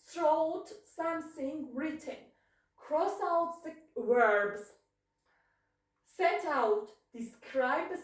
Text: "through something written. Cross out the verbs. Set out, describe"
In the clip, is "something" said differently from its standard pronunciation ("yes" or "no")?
yes